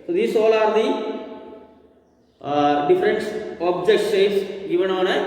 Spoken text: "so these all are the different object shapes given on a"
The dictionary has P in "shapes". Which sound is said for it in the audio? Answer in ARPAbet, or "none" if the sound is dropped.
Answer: none